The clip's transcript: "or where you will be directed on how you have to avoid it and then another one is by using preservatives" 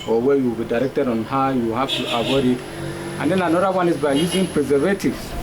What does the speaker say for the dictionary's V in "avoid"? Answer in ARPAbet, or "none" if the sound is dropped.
W